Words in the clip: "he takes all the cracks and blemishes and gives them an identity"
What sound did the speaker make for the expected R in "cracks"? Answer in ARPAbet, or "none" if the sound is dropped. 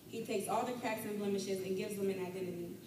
none